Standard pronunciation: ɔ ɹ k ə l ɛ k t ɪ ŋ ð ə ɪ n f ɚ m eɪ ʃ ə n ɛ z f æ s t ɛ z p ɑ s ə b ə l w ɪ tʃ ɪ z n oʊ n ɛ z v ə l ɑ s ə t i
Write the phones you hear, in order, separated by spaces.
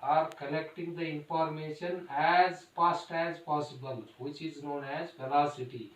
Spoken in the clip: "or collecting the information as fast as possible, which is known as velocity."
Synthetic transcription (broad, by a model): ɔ ɹ k ə l ɛ k t ɪ ŋ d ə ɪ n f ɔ m eɪ ʃ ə n ɛ z p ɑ s t ɛ z p ɑ s ə b ə l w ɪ tʃ ɪ z n oʊ n ɛ z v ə l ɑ s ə t i